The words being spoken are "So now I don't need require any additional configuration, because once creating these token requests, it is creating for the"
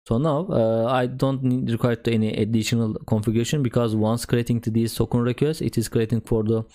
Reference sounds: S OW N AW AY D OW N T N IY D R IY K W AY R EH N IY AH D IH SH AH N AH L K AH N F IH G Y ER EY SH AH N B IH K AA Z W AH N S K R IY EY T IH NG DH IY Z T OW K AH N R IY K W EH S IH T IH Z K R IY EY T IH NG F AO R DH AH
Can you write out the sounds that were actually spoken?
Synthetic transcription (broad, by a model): S OW N AW AY D OW N T N IY D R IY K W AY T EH N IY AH D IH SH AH N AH L K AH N F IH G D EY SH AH N B IH K AA Z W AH N S K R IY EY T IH NG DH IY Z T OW K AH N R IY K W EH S IH T IH Z K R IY EY T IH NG F AO R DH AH